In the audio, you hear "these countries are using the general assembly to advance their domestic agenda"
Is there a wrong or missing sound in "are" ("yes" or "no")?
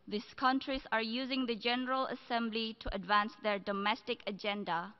no